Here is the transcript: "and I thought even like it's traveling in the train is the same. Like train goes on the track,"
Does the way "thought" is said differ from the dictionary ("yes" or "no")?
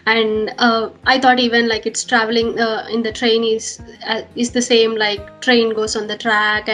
yes